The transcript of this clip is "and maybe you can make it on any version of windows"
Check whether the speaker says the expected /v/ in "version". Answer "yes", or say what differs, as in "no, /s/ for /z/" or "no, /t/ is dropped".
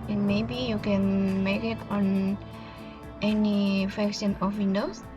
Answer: no, /f/ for /v/